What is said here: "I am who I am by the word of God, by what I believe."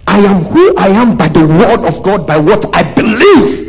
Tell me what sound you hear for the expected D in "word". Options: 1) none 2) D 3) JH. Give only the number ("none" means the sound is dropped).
2